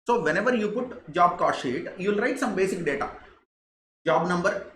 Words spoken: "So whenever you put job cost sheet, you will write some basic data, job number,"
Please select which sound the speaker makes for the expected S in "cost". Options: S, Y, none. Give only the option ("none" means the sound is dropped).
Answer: none